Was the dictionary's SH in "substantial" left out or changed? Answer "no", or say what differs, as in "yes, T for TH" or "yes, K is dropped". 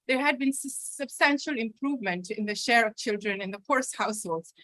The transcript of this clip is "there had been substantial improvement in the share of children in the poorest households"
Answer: no